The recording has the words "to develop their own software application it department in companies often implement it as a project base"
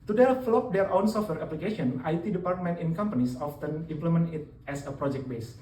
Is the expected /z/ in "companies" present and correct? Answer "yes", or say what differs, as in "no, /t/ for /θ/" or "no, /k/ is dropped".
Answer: no, /s/ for /z/